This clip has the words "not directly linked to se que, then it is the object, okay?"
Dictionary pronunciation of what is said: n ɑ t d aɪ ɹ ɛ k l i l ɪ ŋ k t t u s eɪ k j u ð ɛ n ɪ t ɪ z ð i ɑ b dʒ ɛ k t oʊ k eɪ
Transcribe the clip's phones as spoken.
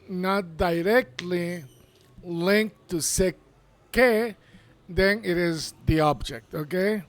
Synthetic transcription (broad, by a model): n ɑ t d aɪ ɹ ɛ k l i l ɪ ŋ k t t u s eɪ k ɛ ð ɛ n ɪ t ɪ z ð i ɑ b dʒ ɛ k t oʊ k eɪ